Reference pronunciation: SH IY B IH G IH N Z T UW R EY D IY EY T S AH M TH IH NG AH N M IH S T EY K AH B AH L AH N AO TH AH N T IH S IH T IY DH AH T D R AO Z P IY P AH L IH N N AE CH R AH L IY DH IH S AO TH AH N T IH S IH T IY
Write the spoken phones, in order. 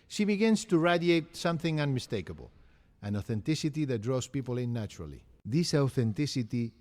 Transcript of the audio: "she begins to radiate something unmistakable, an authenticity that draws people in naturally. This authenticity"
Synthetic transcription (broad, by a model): SH IY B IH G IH N S T UW R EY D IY EY T S AH M TH IH NG AH N M IH S T EY K AH B AH L AH N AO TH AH N T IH S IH T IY DH AH T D R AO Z P IY P AH L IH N N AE CH R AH L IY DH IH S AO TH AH N T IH S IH T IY